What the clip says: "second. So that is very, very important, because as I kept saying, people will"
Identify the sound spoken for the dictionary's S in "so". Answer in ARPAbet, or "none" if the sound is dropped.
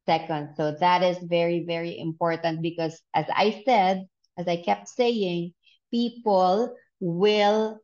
S